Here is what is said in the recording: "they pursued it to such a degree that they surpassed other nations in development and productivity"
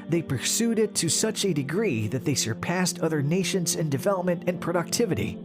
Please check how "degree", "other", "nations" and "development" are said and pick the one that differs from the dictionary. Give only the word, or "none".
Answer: none